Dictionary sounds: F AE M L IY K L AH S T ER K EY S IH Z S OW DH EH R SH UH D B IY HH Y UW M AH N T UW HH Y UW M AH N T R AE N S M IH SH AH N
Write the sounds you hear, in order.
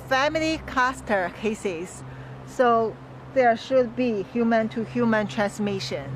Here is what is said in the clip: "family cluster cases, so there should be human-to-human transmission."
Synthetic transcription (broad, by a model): F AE M L IY K AA S T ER K EY S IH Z S OW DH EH R SH UH D B IY HH Y UW M AH N T UW HH Y UW M AH N T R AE N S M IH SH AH N